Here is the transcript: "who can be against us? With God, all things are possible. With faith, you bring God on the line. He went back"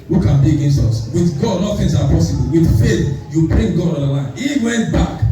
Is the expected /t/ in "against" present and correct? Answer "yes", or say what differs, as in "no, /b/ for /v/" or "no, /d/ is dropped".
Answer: yes